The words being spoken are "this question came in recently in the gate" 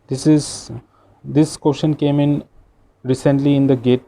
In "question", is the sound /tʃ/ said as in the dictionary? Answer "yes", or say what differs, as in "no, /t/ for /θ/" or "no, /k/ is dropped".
no, /ʃ/ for /tʃ/